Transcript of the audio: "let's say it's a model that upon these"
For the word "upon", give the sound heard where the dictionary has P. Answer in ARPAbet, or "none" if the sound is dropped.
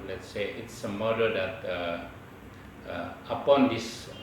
P